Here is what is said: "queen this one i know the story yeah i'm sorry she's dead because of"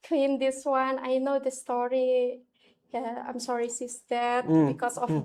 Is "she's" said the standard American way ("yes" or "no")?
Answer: no